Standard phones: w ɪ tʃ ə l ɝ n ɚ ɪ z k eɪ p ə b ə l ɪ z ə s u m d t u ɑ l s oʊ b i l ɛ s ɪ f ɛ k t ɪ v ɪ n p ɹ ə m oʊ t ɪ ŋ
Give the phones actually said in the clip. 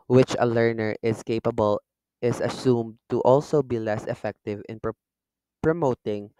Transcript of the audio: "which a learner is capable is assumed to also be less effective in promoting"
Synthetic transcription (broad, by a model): w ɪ tʃ ə l ɝ n ɚ ɪ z k eɪ p ə b ə l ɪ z ə s u m d t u ɑ l s oʊ b i l ɛ s ɪ f ɛ k t ɪ v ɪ n p ɹ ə m oʊ t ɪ ŋ